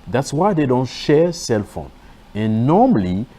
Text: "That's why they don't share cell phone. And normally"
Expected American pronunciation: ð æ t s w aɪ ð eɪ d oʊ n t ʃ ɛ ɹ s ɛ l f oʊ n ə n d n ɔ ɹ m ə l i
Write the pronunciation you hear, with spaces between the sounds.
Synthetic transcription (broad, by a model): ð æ t s w aɪ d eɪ d oʊ n t ʃ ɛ s ɛ l f oʊ n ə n n ɔ m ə l i